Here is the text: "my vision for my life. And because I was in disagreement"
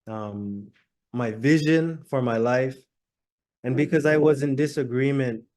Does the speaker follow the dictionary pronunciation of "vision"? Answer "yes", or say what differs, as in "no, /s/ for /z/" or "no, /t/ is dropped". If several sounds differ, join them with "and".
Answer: yes